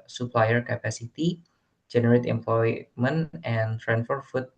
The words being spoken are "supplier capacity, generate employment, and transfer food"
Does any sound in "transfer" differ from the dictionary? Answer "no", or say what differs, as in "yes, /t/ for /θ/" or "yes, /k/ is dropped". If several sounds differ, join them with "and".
yes, /s/ is dropped